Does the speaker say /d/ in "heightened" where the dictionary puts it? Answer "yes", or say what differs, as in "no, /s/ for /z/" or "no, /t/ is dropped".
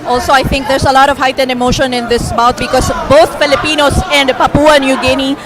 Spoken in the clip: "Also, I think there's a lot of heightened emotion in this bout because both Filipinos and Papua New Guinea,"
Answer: yes